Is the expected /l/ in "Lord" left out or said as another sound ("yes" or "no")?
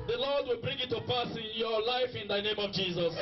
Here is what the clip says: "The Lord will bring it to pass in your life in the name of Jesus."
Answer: no